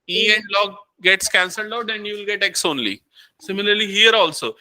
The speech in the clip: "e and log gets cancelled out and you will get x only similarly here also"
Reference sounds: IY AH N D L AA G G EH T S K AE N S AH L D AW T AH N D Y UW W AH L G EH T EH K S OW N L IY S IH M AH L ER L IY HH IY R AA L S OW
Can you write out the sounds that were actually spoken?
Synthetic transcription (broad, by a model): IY AH N D L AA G G EH T S K AE N S AH L D AW T AH N D Y UW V L G EH T EH K S OW N L IY S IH M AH L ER L IY HH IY R AA L S OW